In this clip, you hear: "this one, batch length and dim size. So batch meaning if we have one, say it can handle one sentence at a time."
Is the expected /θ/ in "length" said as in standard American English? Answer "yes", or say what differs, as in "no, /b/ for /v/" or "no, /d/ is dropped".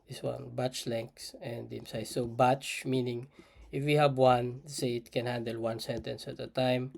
no, /s/ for /θ/